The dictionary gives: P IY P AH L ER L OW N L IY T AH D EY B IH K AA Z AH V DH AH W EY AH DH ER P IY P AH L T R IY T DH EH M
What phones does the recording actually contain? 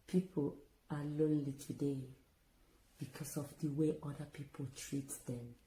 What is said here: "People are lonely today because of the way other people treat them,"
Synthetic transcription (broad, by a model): P IY P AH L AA L OW N L IY T AH D EY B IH K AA S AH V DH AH W EY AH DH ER P IY P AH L T R IY T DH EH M